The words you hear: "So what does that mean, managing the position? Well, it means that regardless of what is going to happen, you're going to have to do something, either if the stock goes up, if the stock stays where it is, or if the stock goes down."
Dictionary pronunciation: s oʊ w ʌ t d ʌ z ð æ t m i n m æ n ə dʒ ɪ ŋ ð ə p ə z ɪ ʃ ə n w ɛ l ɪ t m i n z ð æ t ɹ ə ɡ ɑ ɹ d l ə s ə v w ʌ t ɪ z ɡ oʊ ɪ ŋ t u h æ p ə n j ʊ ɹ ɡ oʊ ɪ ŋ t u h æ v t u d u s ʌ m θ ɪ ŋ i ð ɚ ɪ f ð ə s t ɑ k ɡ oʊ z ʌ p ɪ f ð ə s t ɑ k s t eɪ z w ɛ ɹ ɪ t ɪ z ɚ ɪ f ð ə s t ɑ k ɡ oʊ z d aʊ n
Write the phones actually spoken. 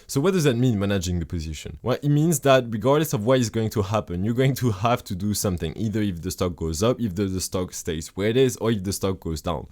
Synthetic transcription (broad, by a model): s oʊ w ʌ t d ʌ z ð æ t m i n m æ n ə dʒ ɪ ŋ ð ə p ə z ɪ ʃ ə n w ɛ l ɪ t m i n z ð æ t ɹ ə ɡ ɑ ɹ d l ə s ə v w ʌ t ɪ z ɡ oʊ ɪ ŋ t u h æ p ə n j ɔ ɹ ɡ oʊ ɪ ŋ t u h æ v t u d u s ʌ m θ ɪ ŋ i ð ɚ ɪ f ð ə s t ɑ k ɡ oʊ z ʌ p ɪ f ð ə s t ɑ k s t eɪ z w ɛ ɹ ɪ t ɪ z ɚ ɪ f ð ə s t ɑ k ɡ oʊ z d aʊ n